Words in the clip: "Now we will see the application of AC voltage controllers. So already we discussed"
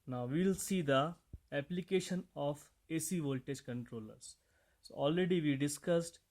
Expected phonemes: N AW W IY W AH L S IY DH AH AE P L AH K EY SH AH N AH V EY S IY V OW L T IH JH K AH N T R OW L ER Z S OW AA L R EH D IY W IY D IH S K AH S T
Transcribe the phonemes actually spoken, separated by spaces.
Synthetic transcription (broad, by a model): N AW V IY L S IY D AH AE P L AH K EY SH AH N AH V EY S IY V OW L T IH JH K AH N T R OW L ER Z S OW AA L R EH D IY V IY D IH S K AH S T